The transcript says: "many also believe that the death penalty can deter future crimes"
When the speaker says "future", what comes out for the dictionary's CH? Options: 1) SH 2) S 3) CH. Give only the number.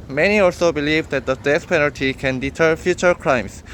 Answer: 3